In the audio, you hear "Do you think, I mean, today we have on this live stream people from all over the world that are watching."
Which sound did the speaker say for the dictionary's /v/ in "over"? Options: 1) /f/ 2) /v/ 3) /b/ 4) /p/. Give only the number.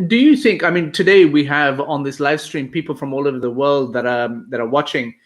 2